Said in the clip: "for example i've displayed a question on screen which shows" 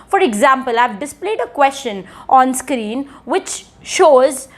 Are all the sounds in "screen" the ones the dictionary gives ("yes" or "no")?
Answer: yes